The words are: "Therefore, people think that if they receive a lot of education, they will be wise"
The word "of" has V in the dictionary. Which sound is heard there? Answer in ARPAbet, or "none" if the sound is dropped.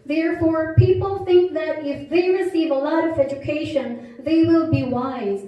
V